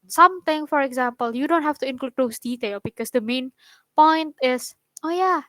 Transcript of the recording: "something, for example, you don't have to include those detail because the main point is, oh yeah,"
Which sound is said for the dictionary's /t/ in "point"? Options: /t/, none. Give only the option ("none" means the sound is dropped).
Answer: /t/